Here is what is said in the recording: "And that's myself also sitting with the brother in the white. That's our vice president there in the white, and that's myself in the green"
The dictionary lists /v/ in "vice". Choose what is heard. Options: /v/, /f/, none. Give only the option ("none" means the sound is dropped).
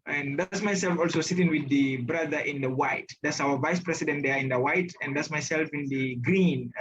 /v/